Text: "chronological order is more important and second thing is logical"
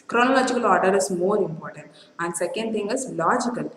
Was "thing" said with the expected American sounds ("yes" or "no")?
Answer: no